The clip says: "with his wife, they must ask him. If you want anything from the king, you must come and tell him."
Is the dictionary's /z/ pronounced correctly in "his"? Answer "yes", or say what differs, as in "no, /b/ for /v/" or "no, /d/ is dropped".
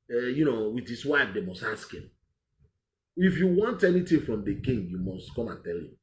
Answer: no, /s/ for /z/